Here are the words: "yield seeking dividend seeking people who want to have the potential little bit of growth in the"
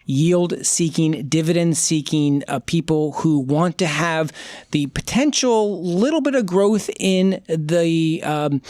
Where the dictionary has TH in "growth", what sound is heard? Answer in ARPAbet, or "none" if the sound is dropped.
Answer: TH